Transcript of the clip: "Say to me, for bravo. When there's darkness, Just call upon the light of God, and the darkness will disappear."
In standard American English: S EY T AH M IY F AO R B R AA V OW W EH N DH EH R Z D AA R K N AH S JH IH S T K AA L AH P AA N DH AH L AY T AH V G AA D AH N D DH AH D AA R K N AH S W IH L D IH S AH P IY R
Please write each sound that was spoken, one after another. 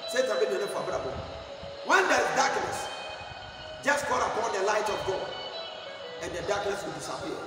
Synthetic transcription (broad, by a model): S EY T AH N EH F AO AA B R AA B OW W EH N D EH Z D AA K N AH S JH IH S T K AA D AH P AA N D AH L AY T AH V G AA D AH N D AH D AA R K N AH S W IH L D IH S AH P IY